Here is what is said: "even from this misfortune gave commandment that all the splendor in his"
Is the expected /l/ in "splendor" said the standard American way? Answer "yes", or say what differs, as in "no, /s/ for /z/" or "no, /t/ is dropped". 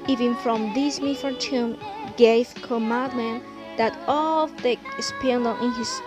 no, /l/ is dropped